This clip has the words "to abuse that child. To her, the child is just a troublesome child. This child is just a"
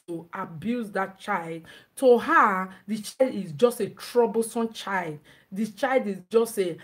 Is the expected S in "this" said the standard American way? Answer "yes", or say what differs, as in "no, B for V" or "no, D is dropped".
no, S is dropped